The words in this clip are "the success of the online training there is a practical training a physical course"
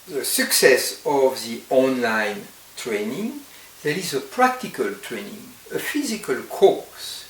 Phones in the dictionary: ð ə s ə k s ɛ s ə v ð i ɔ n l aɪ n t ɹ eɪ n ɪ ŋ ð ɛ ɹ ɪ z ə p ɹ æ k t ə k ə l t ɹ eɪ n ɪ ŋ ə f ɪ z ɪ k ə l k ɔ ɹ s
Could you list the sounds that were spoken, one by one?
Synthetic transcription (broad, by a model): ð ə s ə k s ɛ s ə v ð i ɔ n l aɪ n t ɹ eɪ n ɪ ŋ ð ɛ ɹ ɪ z ə p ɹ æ k t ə k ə l t ɹ eɪ n ɪ ŋ ə f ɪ z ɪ k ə l k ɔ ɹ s